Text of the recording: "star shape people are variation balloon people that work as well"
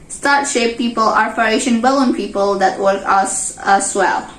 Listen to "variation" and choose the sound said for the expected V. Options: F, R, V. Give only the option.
F